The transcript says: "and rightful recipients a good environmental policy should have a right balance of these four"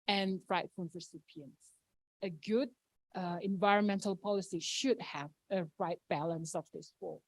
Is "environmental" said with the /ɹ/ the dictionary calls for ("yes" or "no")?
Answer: yes